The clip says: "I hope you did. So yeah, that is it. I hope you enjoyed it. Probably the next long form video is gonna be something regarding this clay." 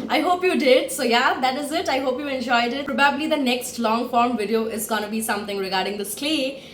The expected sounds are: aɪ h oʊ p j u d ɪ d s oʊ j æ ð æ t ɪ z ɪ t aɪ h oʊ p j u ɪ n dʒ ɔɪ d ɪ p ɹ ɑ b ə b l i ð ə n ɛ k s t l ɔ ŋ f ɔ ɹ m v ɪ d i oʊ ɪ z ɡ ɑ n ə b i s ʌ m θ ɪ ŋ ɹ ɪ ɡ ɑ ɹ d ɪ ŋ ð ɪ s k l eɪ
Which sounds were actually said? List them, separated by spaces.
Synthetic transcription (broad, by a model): aɪ h oʊ p j u d ɪ d s oʊ j æ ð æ t ɪ z ɪ t aɪ h oʊ p j u ɪ n dʒ ɔɪ d ɪ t ɹ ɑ b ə b l i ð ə n ɛ k s t l ɔ ŋ f ɔ ɹ m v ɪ d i oʊ ɪ z ɡ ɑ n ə b i s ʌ m t ɪ ŋ ɹ ɪ ɡ ɑ ɹ d ɪ ŋ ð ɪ s k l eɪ